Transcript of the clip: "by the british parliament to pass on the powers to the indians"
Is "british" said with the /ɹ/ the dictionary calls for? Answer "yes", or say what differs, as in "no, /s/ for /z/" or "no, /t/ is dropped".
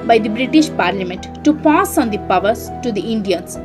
yes